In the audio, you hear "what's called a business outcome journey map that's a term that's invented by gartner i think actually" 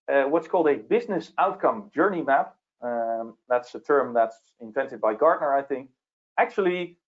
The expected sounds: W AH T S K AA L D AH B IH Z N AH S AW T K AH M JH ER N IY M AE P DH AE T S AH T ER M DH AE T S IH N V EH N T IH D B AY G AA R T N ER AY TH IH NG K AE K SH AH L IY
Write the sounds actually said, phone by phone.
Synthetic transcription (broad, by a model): W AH T S K AA L D AH B IH Z N AH S AW T K AH M JH ER N IY M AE P DH AE T S AH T ER M DH AE T S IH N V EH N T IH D B AY G AA R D N ER AY TH IH NG K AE K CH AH L IY